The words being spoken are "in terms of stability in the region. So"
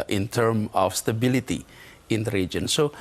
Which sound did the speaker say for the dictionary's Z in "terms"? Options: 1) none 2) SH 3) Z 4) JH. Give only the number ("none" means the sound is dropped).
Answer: 1